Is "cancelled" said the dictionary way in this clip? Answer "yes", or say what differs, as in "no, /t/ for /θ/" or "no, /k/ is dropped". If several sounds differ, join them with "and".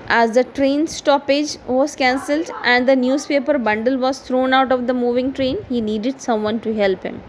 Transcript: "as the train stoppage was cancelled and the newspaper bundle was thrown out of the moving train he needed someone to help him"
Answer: yes